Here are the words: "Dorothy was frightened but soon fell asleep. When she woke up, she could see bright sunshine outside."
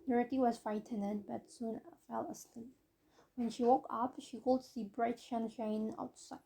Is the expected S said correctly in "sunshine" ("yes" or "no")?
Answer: no